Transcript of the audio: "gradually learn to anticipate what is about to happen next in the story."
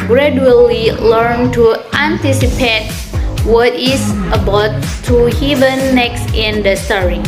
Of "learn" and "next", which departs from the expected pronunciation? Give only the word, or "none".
none